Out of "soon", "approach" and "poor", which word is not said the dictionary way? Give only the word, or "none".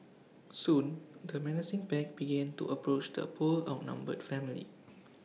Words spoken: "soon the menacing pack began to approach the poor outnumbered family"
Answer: poor